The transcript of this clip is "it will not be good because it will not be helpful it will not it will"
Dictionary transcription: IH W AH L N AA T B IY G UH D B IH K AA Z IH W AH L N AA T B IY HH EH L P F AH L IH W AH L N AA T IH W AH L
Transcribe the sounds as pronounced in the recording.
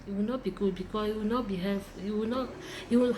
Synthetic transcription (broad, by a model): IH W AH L N AA T B IY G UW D B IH K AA S IH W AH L N AA T B IY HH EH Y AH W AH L N AA T IH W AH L